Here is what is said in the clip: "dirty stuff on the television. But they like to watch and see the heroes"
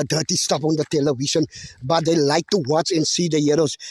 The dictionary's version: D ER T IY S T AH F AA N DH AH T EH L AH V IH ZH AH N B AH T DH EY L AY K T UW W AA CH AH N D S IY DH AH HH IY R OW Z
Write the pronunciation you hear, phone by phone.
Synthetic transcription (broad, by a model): D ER T IY S T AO P AA N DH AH T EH L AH V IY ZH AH N B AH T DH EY L AY K T UW W AA CH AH N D S IY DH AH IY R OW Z